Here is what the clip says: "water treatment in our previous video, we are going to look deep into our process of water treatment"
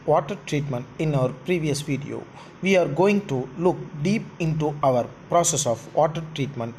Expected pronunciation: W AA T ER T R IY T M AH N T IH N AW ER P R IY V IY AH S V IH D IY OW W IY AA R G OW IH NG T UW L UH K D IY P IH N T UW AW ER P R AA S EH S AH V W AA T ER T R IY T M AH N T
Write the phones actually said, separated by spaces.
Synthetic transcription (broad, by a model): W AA T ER T R IY T M AH N T IH N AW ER P R IY V IY AH S V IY D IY OW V IY AA R G OW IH NG T UW L UH K D IY P IH N T UW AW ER P R AA S EH S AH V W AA T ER T R IY T M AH N T